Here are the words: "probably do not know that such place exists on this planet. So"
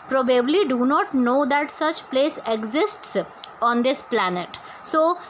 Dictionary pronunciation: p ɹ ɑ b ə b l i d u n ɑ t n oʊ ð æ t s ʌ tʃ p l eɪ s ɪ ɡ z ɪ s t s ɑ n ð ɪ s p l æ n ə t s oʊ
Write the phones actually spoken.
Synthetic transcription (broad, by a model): p ɹ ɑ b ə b l i d u n ɑ t n oʊ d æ t s ʌ tʃ p l eɪ s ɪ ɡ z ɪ s t s ɑ n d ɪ s p l æ n ə t s oʊ